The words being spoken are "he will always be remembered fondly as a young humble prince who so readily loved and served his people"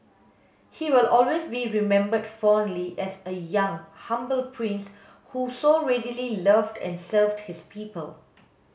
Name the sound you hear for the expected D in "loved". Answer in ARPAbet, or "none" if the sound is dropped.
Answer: D